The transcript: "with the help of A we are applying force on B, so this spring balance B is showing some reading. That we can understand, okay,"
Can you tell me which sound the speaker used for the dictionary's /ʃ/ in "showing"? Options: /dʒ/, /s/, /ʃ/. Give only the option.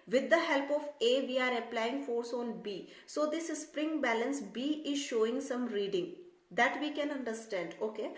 /ʃ/